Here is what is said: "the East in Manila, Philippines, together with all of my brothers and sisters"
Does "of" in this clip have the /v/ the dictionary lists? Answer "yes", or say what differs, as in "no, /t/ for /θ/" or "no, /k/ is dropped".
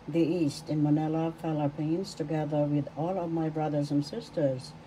yes